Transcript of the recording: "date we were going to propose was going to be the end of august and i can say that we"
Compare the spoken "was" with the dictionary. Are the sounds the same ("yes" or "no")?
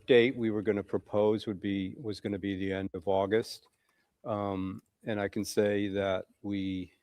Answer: yes